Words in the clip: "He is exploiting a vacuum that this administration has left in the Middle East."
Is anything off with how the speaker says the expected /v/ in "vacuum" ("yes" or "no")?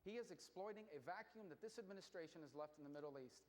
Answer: no